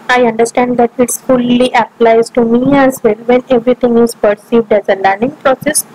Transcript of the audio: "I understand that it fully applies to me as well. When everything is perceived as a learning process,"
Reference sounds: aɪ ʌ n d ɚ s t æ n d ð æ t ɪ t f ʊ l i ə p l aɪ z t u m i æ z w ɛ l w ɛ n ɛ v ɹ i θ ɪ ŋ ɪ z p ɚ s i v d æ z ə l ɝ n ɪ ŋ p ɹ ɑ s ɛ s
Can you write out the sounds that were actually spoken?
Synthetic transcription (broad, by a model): aɪ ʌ n d ɚ s t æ n d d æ t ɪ t f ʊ l i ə p l aɪ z t u m i æ z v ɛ l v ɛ n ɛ v ɹ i t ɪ ŋ ɪ z p ɚ s i v d æ z ə l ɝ n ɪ ŋ p ɹ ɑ s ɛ s